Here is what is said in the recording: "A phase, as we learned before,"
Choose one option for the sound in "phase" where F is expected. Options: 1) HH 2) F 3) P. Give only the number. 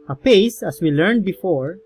3